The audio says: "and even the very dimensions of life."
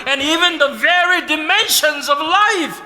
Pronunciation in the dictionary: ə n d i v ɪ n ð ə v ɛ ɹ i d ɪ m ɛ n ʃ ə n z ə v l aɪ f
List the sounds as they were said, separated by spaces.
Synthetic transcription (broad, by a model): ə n i v ɪ n ð ə v ɛ ɹ i d ɪ m ɛ n ʃ ə n z ə v l aɪ f